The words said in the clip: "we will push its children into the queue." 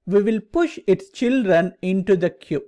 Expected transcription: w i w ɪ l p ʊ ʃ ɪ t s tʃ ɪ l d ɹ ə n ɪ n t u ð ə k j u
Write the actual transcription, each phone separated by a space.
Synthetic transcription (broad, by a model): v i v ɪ l p ʊ ʃ ɪ t s tʃ ɪ l d ɹ ə n ɪ n t u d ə k j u